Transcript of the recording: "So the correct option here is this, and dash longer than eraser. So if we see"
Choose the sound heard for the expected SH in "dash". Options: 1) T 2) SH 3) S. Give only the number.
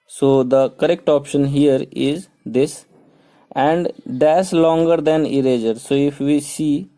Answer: 3